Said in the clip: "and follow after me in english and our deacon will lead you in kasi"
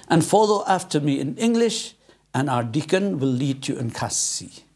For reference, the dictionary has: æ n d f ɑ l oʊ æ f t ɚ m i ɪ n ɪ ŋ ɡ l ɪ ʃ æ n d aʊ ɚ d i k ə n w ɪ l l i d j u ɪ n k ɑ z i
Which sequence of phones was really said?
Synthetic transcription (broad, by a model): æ n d f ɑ l oʊ æ f t ɚ m i ɪ n ɪ ŋ ɡ l ɪ ʃ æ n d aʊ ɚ d i k ə n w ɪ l l i d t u ɪ n k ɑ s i